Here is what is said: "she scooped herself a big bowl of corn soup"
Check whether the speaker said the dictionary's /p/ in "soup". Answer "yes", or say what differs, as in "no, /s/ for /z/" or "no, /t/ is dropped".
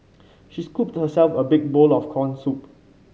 yes